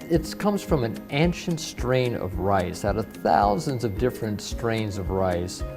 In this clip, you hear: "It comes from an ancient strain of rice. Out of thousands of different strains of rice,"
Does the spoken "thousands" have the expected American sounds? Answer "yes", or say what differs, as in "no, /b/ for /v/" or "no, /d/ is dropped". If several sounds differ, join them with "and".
yes